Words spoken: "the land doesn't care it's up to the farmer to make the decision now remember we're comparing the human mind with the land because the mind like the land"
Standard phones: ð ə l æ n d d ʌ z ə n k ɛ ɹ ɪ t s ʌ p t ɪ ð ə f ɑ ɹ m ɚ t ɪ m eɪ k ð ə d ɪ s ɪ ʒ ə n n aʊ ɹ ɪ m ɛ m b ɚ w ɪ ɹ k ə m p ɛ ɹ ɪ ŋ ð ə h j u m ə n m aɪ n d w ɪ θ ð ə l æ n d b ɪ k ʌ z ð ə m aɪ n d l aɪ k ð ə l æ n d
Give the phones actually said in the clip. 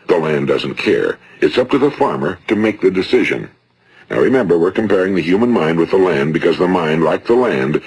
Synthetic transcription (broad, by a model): ð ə l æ n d d ʌ z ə n k ɛ ɹ ɪ t s ʌ p t ɪ ð ə f ɑ ɹ m ɚ t ɪ m eɪ k ð ə d ɪ s ɪ ʒ ə n n aʊ ɹ ɪ m ɛ m b ɚ w ɪ ɹ k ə m p ɛ ɹ ɪ ŋ ð ə h j u m ə n m aɪ n d w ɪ ð ə l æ n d b ɪ k ʌ z ð ə m aɪ n d l aɪ k ð ə l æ n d